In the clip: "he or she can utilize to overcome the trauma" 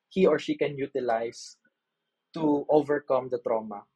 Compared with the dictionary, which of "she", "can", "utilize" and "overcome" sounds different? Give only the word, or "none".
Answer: utilize